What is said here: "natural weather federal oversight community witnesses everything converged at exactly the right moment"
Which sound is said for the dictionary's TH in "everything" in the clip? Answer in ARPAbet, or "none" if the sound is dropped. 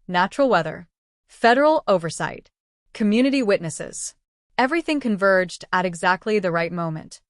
TH